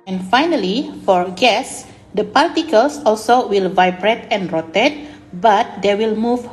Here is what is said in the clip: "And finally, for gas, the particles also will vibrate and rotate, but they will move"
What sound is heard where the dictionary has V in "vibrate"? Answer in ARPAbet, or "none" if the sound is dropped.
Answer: V